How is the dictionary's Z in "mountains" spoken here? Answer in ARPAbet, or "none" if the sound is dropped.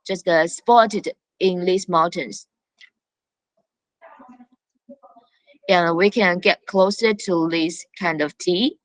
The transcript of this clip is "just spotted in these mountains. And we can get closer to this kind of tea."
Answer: S